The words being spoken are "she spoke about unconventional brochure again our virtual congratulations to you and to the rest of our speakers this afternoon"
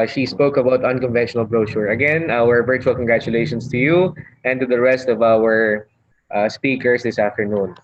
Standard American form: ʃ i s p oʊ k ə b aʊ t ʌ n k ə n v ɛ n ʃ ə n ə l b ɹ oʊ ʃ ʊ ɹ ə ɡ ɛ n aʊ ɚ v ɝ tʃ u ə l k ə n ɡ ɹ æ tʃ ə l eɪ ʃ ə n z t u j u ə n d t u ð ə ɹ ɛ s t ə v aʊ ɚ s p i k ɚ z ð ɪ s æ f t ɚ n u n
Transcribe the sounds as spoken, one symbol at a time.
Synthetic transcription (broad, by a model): ʃ i s p oʊ k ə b aʊ t ʌ n k ə n v ɛ n ʃ ə n ə l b ɹ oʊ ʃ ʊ ɹ ə ɡ ɛ n aʊ ɚ v ɝ tʃ u ə l k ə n ɡ ɹ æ tʃ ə l eɪ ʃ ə n s t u j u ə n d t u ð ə ɹ ɛ s t ə v aʊ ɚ s p i k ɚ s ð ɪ s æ f t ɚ n u n